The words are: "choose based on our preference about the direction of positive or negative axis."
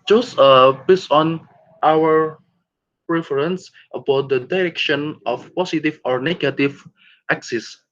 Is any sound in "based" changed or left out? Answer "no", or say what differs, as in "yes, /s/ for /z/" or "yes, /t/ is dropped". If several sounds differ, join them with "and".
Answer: yes, /t/ is dropped